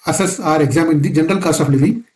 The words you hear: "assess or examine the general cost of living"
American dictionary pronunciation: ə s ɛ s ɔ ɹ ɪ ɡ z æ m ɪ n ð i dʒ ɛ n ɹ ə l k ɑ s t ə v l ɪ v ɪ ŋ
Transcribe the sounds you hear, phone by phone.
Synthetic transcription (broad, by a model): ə s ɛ s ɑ ɹ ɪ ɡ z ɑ m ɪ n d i dʒ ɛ n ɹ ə l k ɑ s t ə f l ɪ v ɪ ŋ